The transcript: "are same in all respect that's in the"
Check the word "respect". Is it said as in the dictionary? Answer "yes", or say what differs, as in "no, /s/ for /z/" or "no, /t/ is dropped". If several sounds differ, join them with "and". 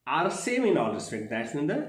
no, /k/ is dropped